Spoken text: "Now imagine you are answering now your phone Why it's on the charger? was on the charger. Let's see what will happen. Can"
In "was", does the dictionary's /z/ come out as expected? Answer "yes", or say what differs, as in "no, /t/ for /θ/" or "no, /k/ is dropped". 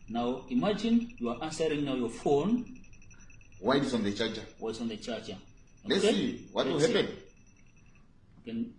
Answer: no, /s/ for /z/